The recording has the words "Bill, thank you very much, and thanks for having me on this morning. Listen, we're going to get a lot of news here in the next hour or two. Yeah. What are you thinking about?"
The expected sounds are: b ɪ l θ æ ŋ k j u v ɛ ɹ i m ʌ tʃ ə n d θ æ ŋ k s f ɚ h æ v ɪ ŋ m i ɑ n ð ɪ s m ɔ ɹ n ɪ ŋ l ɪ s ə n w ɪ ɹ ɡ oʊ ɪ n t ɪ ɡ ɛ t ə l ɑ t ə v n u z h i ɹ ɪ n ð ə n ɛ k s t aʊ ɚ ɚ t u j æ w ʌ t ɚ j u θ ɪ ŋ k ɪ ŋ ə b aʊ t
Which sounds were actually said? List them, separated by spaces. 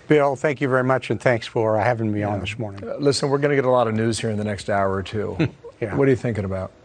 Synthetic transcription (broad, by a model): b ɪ l θ æ ŋ k j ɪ v ɛ ɹ i m ʌ tʃ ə n θ æ ŋ k s f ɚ h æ v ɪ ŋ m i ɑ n ð ɪ s m ɔ ɹ n ɪ ŋ l ɪ s ə n w ɪ ɹ ɡ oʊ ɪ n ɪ ɡ ɛ t ə l ɑ t ə v n u z h i ɹ ɪ n ð ə n ɛ k s t aʊ ɚ ɚ t u j æ w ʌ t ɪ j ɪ θ ɪ ŋ k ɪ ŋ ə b aʊ t